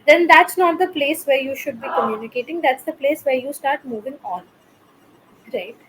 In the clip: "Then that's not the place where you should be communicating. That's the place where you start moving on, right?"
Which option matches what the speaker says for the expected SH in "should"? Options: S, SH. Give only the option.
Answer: SH